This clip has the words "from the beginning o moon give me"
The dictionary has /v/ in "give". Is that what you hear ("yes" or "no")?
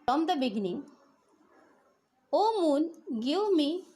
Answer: no